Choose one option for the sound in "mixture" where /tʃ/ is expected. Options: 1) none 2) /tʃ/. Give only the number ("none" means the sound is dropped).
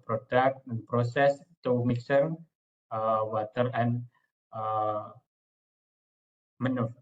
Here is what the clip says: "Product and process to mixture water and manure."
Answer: 1